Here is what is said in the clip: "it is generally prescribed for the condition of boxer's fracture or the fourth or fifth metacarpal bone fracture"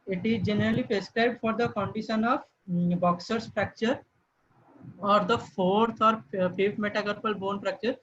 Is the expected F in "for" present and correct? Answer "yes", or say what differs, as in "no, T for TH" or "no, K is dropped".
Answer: yes